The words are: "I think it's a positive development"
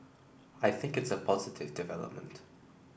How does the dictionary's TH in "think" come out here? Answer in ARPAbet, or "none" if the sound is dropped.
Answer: TH